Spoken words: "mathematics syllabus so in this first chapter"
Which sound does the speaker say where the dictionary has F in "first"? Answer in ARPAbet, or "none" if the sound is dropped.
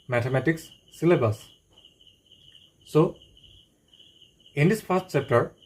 P